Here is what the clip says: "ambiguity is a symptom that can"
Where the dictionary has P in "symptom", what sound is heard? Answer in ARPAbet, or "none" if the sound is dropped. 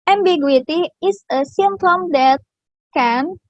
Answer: none